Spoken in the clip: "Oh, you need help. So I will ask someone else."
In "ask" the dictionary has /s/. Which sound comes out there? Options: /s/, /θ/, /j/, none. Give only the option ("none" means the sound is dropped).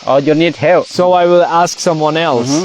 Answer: /s/